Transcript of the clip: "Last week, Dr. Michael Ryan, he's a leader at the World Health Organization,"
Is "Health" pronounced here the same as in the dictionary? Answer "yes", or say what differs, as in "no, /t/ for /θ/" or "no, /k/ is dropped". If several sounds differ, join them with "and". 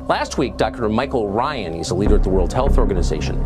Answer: yes